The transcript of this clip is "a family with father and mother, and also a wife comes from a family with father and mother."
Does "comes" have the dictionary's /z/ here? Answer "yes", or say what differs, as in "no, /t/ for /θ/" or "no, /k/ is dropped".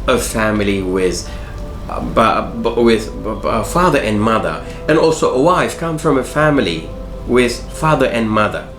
no, /z/ is dropped